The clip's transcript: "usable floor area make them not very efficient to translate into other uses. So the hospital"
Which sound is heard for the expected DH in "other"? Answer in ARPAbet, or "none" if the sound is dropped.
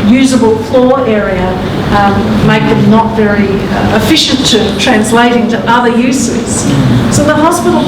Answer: DH